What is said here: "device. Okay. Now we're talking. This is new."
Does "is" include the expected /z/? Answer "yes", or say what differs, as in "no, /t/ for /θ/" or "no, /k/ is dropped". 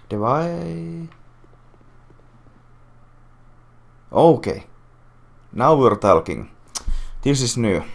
no, /s/ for /z/